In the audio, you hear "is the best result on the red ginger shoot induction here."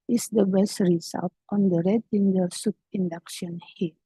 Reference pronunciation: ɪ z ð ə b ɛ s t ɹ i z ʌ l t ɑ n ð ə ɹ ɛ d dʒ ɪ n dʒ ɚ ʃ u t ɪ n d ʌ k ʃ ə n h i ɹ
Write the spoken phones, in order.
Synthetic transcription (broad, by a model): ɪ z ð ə b ɛ s t ɹ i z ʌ l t ɑ n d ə ɹ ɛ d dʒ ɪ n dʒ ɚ s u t ɪ n d ʌ k ʃ ə n h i